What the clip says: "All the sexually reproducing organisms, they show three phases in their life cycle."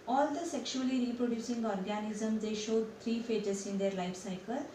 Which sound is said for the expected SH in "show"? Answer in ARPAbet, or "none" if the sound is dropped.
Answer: SH